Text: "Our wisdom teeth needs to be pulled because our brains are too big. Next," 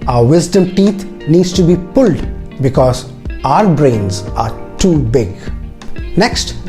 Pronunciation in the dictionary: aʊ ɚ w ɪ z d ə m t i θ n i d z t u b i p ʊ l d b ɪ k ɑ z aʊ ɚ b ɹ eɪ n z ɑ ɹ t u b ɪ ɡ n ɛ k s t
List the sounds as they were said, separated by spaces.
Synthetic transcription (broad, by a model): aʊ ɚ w ɪ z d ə m t i t n i d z t u b i p ʊ l d b ɪ k ɑ z aʊ ɚ b ɹ eɪ n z ɑ ɹ t u b ɪ ɡ n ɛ k s t